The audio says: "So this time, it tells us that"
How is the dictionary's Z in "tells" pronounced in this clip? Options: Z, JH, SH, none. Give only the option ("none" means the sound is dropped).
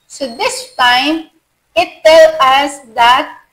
none